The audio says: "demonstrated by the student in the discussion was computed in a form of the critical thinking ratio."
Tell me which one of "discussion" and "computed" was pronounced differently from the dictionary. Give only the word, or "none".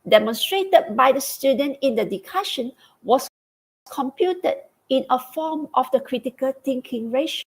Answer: discussion